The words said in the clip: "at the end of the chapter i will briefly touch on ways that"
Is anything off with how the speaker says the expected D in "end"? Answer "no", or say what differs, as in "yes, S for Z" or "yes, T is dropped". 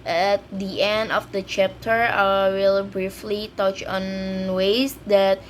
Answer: no